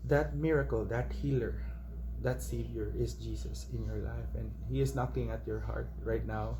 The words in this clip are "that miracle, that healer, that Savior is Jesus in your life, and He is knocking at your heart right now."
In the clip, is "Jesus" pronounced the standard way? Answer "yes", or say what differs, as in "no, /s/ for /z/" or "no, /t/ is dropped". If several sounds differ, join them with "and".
no, /s/ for /z/